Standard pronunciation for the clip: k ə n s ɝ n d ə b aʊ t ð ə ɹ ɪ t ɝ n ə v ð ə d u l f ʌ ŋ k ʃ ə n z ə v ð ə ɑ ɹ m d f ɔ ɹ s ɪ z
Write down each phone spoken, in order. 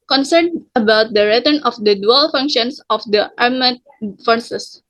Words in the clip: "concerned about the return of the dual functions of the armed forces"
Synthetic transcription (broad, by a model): k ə n s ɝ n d ə b aʊ t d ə ɹ ɪ t ɝ n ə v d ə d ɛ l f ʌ ŋ k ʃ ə n s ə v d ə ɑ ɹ m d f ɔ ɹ s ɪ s